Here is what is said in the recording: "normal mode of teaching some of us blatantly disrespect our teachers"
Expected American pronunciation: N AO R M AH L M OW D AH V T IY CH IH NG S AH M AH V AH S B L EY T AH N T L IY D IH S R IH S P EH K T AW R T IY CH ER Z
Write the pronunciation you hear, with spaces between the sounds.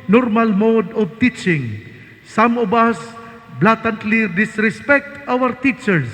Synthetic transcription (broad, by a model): N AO R M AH L M OW D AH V T IY CH IH NG S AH M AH B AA S B L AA T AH N T L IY D IH S R IH S P EH K T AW R T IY CH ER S